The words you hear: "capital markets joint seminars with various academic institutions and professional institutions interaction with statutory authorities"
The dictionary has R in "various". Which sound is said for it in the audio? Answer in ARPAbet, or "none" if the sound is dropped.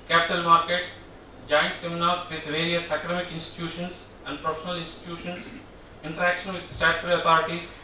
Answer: R